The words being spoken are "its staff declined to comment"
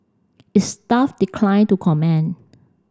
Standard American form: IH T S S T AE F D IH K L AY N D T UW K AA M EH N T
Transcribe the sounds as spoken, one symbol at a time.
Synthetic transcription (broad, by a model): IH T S S T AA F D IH K L AY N T UW K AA M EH N